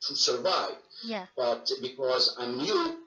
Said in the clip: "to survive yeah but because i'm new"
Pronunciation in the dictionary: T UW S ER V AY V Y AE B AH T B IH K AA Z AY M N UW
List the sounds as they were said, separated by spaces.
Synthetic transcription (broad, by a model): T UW S ER V AY V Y B AH T B IH K AA Z AY M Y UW